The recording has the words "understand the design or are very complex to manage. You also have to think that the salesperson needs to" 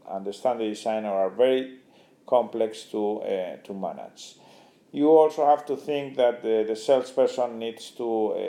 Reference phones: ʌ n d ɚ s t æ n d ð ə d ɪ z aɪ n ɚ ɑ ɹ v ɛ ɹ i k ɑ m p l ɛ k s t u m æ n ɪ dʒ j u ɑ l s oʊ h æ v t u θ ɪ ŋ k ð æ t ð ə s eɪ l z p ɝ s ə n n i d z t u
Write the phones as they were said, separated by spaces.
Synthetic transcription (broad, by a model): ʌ n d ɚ s t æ n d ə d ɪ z aɪ n ɚ ɑ ɹ v ɛ ɹ i k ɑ m p l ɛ k s t u m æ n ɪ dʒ j u ɑ l s oʊ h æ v t u θ ɪ ŋ k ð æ t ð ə s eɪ l s p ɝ s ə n n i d s t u